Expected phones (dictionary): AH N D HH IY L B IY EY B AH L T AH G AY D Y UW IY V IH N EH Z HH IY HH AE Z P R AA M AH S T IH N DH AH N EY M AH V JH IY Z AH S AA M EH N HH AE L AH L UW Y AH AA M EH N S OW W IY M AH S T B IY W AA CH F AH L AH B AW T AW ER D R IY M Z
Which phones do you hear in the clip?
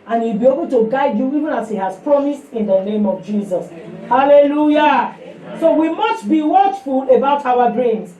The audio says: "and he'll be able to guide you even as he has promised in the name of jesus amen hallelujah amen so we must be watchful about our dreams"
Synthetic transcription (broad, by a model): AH N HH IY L B IY EY B AH L T AH G AY D Y UW IY V IH N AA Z HH IY HH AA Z P R AA M AH S T IH N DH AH N EY M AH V JH IY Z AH S HH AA L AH L UW Y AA S OW W IY M AH S T B IY W AA CH F AH L AH B AW T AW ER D R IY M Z